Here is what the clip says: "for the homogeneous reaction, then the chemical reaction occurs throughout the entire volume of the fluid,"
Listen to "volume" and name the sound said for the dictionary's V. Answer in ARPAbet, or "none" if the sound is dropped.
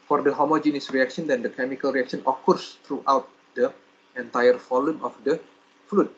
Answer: F